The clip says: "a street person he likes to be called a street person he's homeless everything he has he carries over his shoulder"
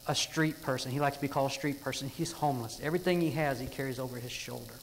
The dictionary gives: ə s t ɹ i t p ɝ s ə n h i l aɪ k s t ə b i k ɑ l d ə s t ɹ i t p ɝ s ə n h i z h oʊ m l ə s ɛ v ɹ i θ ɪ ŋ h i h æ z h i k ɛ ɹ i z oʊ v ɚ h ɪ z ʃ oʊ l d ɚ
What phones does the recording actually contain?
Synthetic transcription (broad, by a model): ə s t ɹ i t p ɝ s ə n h i l aɪ k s t ə b i k ɑ l d ə s t ɹ i t p ɝ s ə n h i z h oʊ m l ə s ɛ v ɹ i θ ɪ ŋ h i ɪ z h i k ɛ ɹ i z oʊ v ɚ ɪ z ʃ oʊ l d ɚ